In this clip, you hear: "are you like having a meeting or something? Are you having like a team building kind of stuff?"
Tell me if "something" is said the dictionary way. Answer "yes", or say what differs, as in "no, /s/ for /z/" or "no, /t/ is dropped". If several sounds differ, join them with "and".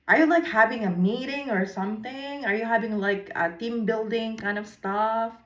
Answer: yes